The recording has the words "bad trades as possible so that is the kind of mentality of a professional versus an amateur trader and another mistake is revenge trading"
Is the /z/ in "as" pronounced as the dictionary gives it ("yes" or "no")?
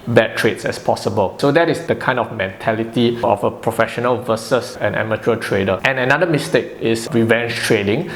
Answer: no